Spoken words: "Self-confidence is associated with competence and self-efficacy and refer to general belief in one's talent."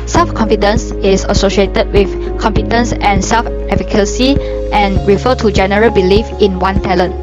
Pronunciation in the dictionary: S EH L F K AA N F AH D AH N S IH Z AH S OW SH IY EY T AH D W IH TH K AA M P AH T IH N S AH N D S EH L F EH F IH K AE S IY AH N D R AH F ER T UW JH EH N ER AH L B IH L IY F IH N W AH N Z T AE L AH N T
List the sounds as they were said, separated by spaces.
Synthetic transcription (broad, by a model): S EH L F K AA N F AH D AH N S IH S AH S OW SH IY EY T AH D W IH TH K AA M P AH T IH N S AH N S EH L F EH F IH K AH S IY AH N R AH F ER T UW JH EH N ER AH L B IH L IY F IH N W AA N T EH L AH N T